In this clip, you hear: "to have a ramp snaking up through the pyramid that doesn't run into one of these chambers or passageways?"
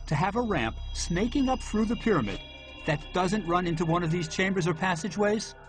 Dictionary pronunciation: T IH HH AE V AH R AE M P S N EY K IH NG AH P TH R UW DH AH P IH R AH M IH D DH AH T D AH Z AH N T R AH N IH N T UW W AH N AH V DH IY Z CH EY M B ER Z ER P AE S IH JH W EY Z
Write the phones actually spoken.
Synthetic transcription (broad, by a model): T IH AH V AH R AE M P S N EY K IH NG AH P TH R UW DH AH P IH R AH M IH D DH AH T D AH Z AH N T R AH N IH N T UW W AH N AH V DH IY Z CH EY M B ER Z ER P AE S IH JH W EY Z